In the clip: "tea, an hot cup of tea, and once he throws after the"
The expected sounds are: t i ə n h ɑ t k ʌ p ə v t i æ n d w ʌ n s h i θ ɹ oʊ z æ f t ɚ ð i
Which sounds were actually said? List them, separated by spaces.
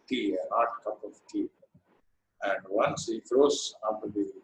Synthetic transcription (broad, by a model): t i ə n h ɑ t k ʌ p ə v t i æ n d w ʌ n s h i f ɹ oʊ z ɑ t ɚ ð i